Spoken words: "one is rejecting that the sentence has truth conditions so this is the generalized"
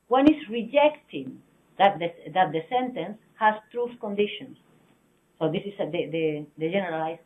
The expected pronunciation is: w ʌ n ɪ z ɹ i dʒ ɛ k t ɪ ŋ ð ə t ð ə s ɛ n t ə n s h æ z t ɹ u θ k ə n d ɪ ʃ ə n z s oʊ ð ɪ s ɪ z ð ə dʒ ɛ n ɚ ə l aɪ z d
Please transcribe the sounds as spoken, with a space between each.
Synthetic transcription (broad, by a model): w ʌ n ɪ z ɹ i dʒ ɛ k t ɪ ŋ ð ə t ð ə s ɛ n t ə n s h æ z t ɹ u θ k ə n d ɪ ʃ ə n s oʊ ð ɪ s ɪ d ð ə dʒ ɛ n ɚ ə l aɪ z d